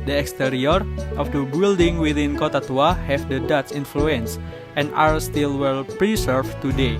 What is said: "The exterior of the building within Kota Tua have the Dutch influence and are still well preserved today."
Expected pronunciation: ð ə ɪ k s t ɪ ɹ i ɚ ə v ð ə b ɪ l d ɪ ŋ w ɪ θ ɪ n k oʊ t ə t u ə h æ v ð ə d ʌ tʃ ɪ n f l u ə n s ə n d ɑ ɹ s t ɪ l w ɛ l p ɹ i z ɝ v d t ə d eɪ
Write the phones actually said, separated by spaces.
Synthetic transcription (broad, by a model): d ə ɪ k s t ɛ ɹ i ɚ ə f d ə b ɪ l d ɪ ŋ w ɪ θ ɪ n k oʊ t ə t u ə h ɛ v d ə d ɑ s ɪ n f l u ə n s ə n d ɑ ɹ s t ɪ l w ɛ l p ɹ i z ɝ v t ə d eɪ